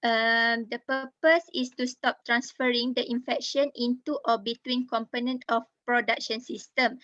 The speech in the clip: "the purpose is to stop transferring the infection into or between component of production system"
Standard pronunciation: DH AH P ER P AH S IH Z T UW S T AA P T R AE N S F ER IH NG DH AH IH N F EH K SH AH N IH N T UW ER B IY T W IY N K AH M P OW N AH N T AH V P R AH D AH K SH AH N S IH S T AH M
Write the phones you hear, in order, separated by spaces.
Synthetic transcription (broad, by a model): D AH P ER P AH S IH S T UW S T AA P T R AE N S F ER IH NG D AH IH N F EH K SH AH N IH N T UW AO B IY T W IY N K AH M P OW N AH N T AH F P R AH D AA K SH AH N S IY S T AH M